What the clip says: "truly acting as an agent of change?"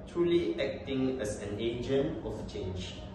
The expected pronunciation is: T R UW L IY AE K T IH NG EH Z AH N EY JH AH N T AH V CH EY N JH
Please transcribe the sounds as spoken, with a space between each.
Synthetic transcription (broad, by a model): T R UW L IY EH K T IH NG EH S AH N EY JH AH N AH F CH EY N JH